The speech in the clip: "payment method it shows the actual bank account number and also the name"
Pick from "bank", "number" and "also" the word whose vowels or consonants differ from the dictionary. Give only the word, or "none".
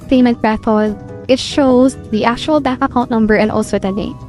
bank